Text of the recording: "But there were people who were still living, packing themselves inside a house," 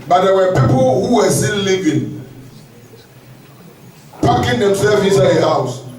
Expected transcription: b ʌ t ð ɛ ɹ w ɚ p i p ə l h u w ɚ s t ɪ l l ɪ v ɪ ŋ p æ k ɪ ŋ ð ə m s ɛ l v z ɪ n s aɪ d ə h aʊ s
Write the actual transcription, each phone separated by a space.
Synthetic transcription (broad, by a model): b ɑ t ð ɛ w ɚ p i p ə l h u w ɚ s t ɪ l l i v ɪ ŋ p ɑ k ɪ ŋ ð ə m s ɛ v ɪ s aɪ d ə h aʊ s